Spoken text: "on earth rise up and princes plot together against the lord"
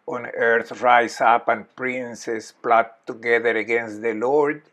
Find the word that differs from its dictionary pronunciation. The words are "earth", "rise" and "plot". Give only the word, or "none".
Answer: rise